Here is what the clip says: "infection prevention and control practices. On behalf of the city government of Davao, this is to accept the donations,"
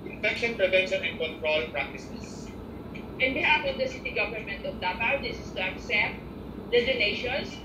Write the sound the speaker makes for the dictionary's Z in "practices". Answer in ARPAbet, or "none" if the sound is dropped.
S